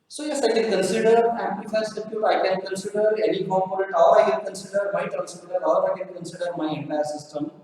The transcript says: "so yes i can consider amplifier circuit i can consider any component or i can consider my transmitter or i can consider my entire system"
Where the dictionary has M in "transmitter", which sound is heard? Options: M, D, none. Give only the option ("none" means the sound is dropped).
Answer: none